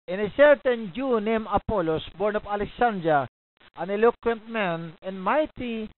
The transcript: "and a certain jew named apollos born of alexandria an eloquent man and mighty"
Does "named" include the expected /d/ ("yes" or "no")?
no